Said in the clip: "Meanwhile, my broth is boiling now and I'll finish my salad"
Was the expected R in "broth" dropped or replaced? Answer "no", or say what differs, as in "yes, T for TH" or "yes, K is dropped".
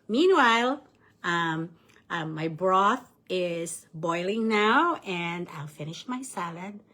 no